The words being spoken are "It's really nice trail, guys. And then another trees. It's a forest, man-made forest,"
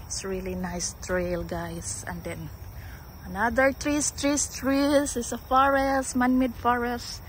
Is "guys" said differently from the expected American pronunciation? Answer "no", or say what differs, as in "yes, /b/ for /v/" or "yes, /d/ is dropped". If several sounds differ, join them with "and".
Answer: yes, /s/ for /z/